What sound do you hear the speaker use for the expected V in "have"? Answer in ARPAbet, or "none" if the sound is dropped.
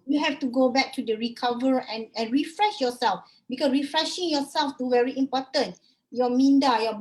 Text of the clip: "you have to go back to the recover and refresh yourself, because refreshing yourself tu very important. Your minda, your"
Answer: F